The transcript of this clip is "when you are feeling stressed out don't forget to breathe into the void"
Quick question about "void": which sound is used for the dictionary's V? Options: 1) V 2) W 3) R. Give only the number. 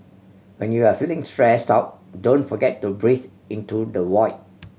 2